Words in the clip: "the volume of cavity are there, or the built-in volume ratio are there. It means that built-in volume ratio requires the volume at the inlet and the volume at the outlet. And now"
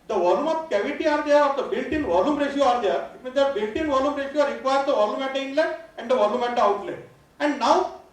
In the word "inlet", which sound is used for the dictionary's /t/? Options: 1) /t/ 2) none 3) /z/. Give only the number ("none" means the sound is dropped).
2